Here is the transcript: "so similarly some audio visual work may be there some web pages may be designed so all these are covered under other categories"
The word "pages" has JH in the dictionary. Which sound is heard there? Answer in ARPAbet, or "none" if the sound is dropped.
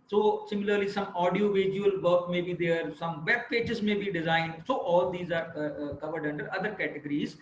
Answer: CH